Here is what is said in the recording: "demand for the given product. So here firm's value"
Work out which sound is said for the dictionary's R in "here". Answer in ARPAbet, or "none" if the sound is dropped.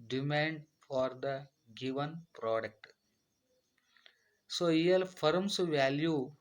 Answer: L